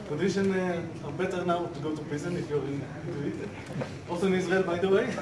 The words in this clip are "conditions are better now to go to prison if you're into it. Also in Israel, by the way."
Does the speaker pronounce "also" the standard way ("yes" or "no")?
no